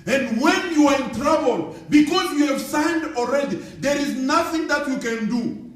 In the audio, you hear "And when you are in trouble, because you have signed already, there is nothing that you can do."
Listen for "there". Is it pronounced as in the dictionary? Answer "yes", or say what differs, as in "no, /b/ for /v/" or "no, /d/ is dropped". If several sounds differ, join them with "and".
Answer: yes